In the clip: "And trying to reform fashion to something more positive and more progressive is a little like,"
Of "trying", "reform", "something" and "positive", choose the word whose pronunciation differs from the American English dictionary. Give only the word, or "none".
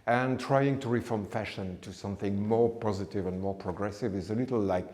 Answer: none